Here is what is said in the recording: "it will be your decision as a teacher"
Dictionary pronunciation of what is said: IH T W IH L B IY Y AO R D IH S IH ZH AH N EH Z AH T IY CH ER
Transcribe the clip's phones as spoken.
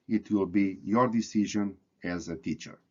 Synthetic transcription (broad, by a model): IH T W IH L B IY Y AO R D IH S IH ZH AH N EH Z AH T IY CH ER